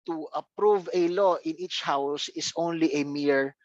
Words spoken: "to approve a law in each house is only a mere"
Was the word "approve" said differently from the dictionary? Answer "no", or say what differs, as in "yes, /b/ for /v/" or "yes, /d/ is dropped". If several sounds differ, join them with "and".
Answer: no